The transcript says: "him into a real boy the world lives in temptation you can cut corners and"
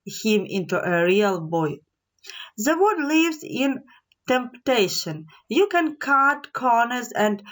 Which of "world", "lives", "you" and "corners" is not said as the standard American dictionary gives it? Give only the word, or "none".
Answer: world